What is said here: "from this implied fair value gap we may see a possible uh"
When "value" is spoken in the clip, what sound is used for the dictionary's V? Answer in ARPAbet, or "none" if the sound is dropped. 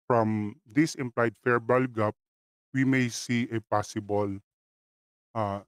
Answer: B